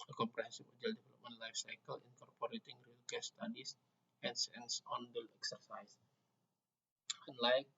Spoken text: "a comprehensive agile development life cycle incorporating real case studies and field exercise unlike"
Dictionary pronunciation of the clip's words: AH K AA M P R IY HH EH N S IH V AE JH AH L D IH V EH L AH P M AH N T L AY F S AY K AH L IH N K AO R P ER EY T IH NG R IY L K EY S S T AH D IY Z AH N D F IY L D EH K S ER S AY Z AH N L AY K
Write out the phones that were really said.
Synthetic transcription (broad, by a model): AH K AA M P R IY HH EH N S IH F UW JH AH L D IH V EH L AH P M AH N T L AY F S AY K AH L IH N K AO R P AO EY T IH NG R IY L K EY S S T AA D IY S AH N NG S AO N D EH K S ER S AY S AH N L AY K